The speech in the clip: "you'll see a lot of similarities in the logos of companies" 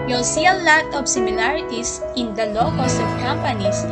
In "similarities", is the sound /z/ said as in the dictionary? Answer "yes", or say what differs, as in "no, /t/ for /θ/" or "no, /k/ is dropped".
no, /s/ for /z/